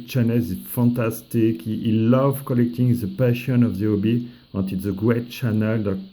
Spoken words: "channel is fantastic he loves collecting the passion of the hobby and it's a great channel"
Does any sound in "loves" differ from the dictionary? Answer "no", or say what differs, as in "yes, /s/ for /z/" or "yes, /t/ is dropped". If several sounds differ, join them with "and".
yes, /z/ is dropped